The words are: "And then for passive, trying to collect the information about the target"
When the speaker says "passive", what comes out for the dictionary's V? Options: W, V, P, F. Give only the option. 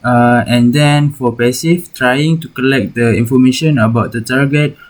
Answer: F